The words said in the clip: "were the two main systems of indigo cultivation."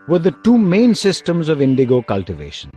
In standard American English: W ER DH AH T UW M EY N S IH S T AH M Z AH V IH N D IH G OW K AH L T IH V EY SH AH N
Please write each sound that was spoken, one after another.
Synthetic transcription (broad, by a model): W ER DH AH T UW M EY N S IH S T AH M Z AH V IH N D IH G OW K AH L T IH V EY SH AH N